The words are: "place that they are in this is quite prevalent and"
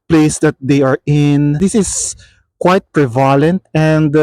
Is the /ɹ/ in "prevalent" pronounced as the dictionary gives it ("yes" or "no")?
yes